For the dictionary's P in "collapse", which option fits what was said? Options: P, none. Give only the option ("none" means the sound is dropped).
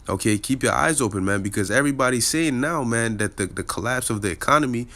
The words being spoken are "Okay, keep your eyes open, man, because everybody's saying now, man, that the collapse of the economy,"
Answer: P